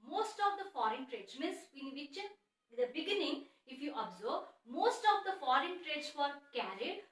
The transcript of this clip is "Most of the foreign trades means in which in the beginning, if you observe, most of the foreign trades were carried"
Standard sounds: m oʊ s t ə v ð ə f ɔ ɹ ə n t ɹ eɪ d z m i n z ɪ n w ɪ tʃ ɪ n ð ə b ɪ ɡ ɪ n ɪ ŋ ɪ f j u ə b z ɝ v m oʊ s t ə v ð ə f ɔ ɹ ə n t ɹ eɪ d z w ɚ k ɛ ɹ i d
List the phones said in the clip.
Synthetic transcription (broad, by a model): m oʊ s t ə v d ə f ɔ ɹ ə n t ɹ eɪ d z m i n s ɪ n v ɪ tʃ ɪ n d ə b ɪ ɡ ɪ n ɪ ŋ ɪ f j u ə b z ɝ b m oʊ s t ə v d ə f ɔ ɹ ə n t ɹ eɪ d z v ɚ k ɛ ɹ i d